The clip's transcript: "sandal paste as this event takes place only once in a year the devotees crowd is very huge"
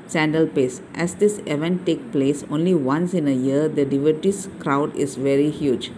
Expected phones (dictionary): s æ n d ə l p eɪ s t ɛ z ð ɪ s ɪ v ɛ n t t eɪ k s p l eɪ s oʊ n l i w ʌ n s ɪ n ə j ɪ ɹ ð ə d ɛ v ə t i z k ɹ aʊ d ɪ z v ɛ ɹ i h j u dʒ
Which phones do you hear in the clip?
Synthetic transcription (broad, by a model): s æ n d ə l p eɪ s t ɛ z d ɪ s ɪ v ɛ n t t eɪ k p l eɪ s oʊ n l i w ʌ n s ɪ n ə j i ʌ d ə d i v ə t i s k ɹ aʊ d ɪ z v ɛ ɹ i h j u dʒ